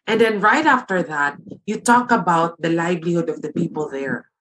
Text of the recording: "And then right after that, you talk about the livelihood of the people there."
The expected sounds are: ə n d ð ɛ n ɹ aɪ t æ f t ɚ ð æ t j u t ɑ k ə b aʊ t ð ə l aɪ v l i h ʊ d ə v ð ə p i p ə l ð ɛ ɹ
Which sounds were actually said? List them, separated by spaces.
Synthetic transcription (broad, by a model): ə n d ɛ n ɹ aɪ t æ f t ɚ ð æ t j u t ɑ k ə b aʊ t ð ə l aɪ b l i h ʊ d ə v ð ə p i p ə l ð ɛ ɹ